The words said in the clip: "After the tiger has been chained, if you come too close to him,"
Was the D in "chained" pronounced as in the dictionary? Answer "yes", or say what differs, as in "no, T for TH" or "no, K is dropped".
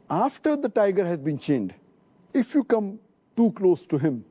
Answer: yes